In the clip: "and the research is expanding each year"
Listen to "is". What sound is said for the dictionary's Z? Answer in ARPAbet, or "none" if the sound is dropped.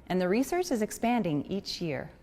Z